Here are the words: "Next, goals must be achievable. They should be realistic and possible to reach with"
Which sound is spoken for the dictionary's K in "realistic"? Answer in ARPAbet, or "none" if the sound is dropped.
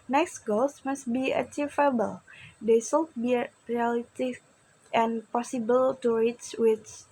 none